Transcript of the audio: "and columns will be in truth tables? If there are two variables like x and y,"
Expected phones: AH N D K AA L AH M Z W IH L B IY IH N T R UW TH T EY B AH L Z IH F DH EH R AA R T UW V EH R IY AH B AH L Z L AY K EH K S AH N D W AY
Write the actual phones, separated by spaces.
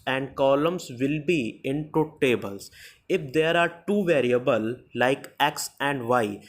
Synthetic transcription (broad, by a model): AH N D K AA L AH M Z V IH L B IY IH N T UW T EY B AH L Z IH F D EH R AA R T UW V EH R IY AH B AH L L AY K EH K S AH N D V AY